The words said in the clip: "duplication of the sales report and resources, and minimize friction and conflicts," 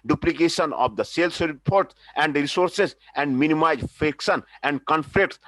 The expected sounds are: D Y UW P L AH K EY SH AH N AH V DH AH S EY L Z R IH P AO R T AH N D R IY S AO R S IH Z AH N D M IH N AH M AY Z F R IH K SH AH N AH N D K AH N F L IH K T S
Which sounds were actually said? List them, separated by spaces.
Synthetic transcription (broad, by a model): D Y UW P L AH K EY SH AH N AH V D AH S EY L S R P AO R T AH N D R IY S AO R S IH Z AH N D M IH N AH M AY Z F IH K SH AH N AH N D K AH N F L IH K T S